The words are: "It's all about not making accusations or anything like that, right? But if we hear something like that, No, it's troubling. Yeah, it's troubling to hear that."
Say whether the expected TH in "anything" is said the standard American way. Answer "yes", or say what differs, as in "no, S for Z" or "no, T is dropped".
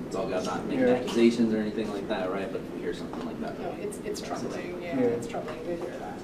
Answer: yes